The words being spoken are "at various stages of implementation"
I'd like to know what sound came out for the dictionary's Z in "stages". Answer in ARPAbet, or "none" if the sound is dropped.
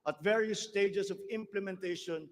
S